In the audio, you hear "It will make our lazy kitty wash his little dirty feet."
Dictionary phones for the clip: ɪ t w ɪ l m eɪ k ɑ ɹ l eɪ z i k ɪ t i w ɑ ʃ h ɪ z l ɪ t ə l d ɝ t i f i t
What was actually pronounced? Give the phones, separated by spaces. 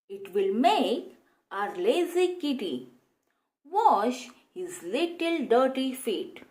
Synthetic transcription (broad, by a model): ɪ t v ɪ l m eɪ k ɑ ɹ l eɪ z i k ɪ t i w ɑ ʃ h ɪ z l ɪ t ə l d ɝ t i f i t